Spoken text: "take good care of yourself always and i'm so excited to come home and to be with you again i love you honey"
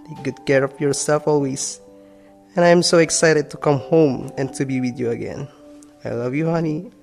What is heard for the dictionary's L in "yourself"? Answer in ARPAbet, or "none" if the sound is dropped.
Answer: none